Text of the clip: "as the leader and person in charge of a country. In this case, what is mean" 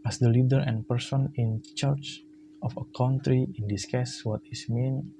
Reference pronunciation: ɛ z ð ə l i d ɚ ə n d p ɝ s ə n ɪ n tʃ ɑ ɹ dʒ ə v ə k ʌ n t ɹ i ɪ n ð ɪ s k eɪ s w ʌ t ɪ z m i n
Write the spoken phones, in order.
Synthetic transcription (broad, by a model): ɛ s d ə l i d ɚ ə n p ɝ s ə n ɪ n tʃ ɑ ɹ tʃ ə f ə k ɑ n t ɹ i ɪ n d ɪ s k eɪ s w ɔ t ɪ s m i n